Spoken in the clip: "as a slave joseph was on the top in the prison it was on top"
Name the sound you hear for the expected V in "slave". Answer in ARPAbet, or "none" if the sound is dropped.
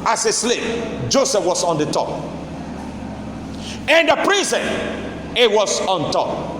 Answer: P